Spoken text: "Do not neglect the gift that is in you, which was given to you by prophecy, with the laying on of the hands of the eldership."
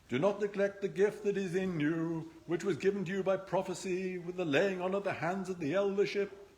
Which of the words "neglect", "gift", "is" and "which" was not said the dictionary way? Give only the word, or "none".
none